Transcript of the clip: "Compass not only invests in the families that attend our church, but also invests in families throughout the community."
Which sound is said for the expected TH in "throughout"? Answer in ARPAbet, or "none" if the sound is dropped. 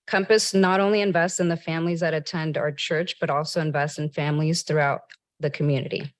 TH